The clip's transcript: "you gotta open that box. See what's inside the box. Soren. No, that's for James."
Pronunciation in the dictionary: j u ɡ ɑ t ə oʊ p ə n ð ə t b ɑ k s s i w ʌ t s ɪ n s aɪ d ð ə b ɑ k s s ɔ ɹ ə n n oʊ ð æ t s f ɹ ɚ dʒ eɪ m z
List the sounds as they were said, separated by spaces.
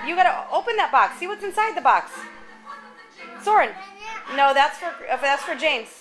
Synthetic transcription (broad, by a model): j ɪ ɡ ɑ t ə oʊ p ə n ð ə t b ɑ k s s i w ʌ t s ɪ n s aɪ d ð ə b ɑ k s s ɔ ɹ ə n n oʊ ð æ t s f ɹ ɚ dʒ eɪ m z